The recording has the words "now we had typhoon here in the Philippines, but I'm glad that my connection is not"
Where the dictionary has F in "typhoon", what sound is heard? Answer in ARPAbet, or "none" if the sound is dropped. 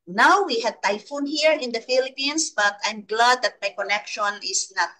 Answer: F